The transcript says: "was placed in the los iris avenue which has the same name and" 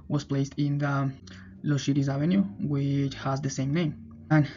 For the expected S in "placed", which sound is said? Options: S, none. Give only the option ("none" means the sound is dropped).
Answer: S